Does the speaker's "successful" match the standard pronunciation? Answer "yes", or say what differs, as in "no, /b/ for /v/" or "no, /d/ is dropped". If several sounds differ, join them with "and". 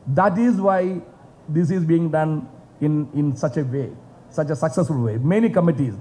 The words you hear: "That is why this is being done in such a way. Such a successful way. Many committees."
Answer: yes